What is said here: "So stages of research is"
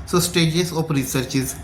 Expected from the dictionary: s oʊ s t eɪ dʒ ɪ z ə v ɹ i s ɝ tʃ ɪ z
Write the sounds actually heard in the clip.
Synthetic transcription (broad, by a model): s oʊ s t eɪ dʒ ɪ s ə p ɹ i s ɝ tʃ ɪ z